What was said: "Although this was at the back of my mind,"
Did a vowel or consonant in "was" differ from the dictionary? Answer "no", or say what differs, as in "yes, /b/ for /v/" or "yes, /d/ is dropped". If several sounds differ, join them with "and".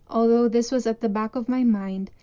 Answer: no